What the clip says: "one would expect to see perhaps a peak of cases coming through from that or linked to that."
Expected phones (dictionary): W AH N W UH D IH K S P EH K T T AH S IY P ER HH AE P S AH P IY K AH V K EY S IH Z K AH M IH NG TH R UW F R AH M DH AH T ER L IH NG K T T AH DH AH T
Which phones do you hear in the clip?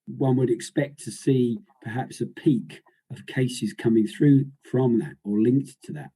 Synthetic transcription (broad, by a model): W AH N W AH D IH K S P EH K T T AH S IY P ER HH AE P S AH P IY K AH V K EY S IH Z K AH M IH NG TH R UW F R AH M DH AH T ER L IH NG K T T AH DH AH T